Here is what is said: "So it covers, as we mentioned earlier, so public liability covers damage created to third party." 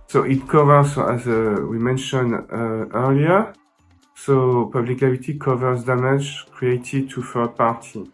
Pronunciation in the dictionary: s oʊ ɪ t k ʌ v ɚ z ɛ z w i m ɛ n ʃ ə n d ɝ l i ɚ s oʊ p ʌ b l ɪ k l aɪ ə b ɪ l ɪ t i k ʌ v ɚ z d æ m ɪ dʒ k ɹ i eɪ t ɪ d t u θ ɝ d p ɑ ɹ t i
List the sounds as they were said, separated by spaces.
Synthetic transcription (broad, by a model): s oʊ ɪ t k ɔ v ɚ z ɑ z w i m ɛ n ʃ ə n d ɝ l i ɚ s oʊ p ʌ b l ɪ k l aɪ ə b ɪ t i k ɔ v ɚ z d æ m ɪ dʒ k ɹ i eɪ t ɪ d t u f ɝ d p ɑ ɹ t i